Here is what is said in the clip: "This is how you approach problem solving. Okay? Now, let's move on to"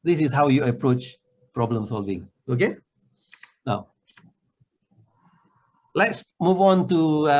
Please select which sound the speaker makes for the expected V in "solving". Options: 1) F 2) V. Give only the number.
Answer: 2